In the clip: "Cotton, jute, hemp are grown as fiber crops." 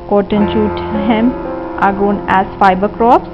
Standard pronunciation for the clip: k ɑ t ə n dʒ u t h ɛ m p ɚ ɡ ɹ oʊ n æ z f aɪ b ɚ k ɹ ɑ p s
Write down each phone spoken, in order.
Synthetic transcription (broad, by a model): k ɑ t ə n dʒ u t h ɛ m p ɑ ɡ oʊ n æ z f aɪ b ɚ k ɹ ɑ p s